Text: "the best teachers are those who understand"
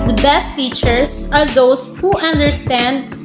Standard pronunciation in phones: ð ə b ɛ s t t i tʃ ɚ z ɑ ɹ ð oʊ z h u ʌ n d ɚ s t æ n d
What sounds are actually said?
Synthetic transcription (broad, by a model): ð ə b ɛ s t t i tʃ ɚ s ɑ ɹ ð oʊ s h u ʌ n d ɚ s t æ n d